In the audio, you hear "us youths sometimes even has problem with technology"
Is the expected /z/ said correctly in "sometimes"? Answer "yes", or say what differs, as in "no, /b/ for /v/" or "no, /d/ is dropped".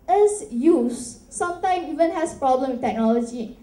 no, /z/ is dropped